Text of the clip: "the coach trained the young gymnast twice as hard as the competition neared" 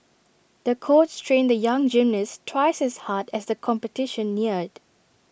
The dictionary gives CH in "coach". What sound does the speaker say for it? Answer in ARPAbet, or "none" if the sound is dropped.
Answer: S